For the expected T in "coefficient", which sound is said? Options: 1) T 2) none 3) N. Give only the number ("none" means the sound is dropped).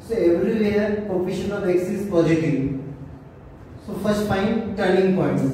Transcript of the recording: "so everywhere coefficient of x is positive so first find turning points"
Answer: 2